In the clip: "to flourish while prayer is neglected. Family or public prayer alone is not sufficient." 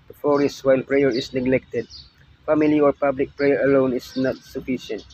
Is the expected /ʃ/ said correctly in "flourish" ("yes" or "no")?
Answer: no